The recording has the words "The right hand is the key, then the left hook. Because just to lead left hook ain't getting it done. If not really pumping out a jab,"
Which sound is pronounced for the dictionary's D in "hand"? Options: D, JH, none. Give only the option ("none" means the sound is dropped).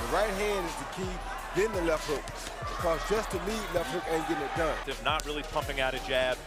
D